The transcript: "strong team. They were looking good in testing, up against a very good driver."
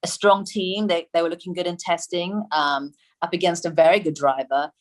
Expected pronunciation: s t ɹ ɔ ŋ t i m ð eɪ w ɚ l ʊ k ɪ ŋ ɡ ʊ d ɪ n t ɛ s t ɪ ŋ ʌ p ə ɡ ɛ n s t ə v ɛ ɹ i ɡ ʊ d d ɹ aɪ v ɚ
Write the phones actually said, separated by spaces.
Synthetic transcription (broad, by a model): s t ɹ ɔ ŋ t i m ð eɪ w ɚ l ʊ k ɪ ŋ ɡ ʊ d ɪ n t ɛ s t ɪ ŋ ʌ p ə ɡ ɛ n s t ə v ɛ ɹ i ɡ ʊ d d ɹ aɪ v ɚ